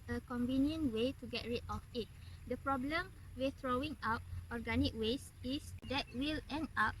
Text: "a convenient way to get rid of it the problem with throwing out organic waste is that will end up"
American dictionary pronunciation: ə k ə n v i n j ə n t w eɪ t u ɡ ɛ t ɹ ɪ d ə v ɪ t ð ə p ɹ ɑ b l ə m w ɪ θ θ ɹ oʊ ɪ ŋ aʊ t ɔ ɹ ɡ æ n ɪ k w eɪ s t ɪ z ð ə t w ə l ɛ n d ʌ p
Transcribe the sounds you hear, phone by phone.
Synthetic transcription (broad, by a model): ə k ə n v i n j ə n w eɪ t u ɡ ɛ t ɹ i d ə f ɪ t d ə p ɹ ɑ b l ə m w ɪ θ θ ɹ oʊ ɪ ŋ aʊ t ɔ ɹ ɡ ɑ n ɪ k w eɪ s ɪ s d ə t w ə l ɛ n d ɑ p